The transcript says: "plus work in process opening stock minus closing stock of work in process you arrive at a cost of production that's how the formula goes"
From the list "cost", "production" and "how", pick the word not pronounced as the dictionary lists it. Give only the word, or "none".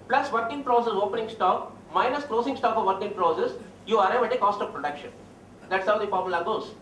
none